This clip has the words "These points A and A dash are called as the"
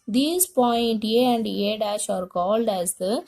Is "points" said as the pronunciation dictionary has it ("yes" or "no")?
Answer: no